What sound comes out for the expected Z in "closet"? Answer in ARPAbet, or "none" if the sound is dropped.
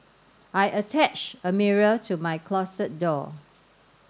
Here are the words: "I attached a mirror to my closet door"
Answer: S